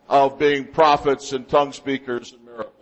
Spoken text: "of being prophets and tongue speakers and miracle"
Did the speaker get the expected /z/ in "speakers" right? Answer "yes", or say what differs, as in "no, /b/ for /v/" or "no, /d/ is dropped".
yes